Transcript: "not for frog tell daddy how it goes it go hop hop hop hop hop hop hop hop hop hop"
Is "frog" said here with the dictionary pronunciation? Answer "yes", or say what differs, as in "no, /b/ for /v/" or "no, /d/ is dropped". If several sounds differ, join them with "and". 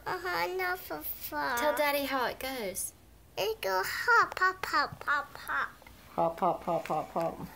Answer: no, /ɹ/ is dropped